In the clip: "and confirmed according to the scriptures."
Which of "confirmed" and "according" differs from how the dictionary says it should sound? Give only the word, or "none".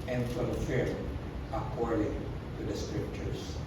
confirmed